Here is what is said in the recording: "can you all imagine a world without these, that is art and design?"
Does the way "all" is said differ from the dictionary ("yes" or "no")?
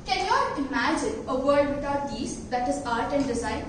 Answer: yes